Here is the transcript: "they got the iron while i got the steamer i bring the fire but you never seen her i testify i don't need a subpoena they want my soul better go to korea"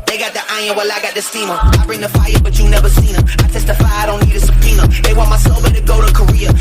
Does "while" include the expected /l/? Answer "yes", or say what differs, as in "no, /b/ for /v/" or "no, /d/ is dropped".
yes